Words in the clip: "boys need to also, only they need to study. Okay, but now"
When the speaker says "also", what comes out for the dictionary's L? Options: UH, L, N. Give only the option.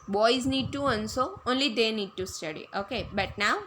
N